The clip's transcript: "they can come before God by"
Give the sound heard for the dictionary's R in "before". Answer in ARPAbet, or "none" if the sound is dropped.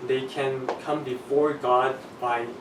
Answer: R